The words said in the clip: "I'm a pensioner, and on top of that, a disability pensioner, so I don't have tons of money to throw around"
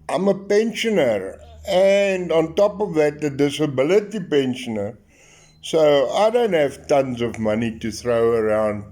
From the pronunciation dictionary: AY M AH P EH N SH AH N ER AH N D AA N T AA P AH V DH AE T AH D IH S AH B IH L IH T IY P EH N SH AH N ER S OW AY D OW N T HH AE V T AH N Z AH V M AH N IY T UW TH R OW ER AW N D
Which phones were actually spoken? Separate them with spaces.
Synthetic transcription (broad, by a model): AY M AH P EH N SH AH N ER AH N D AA N T AA P AH V DH AE T AH D IH S AH B IH L IH T IY P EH N SH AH N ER S OW AY D OW N T HH AE V T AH N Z AH V M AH N IY T UW TH R OW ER AW N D